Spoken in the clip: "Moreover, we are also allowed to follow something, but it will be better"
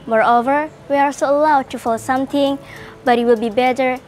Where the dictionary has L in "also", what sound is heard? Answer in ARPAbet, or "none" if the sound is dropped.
none